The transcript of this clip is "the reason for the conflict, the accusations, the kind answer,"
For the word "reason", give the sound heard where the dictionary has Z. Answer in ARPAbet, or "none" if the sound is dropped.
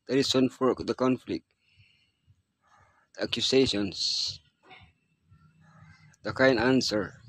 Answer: S